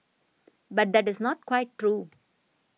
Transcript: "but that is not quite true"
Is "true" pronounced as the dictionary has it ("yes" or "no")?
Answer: yes